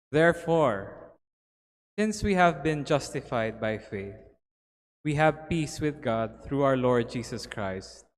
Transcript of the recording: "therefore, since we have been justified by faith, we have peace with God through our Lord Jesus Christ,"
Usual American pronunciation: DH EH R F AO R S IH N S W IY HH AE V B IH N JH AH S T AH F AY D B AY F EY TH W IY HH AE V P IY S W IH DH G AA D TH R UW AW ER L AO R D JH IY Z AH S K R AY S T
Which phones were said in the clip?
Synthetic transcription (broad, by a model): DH EH R F AO R S IH N S W IY HH AE V B IH N JH AH S T AH F AY D B AY F EY TH W IY HH AE V P IY S W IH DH G AA D TH R UW AW ER L AO R D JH IY S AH S K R AY S T